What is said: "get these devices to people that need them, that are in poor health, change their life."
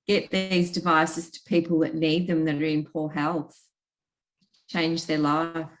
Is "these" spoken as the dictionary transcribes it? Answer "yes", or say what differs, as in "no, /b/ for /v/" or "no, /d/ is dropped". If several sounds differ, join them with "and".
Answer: yes